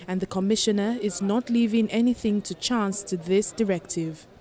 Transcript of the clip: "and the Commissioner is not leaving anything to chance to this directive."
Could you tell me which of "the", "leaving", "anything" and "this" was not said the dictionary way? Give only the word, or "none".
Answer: none